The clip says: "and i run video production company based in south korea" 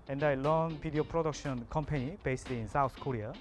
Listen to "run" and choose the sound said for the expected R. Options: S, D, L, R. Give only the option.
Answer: L